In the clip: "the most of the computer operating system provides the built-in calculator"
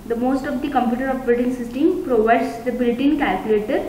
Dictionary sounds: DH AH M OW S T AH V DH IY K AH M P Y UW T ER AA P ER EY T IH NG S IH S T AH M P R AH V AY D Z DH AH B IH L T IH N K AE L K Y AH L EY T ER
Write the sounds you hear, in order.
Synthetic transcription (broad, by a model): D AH M OW S T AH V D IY K AH M P Y UW T ER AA B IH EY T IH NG S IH S T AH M P R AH V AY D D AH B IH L T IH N K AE L K Y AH L EY T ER